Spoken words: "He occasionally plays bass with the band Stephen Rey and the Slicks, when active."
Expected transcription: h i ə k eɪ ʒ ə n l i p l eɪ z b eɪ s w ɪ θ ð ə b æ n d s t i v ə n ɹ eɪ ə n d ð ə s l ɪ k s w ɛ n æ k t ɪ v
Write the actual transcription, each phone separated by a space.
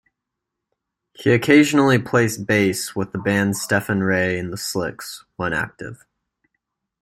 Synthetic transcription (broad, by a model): h i ə k eɪ ʒ ə n l i p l eɪ s b eɪ s w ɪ ð ə b æ n d s t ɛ f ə n ɹ eɪ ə n ð ə s l ɪ k s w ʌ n æ k t ɪ v